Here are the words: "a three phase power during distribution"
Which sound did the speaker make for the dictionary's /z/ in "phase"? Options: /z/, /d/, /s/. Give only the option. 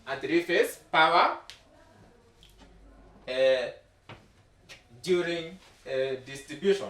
/s/